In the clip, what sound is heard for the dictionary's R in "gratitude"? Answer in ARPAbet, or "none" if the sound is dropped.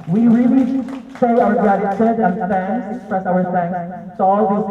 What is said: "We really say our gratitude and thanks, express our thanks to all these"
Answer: none